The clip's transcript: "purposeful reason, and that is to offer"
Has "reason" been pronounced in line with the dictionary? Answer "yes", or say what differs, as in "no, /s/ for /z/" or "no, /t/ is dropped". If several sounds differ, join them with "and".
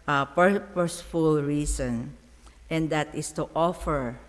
no, /s/ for /z/